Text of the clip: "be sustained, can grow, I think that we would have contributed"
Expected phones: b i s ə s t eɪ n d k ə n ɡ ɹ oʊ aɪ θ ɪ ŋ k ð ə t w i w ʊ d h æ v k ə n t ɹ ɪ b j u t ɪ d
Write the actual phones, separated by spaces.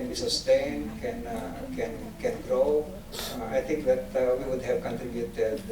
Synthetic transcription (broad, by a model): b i s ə s t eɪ n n k ə n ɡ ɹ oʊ aɪ t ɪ ŋ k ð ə t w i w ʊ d h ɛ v k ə n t ɹ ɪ b j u t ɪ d